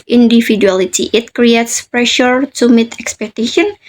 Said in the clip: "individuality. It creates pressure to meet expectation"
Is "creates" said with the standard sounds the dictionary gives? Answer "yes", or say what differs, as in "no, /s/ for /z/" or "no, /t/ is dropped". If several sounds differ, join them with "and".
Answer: yes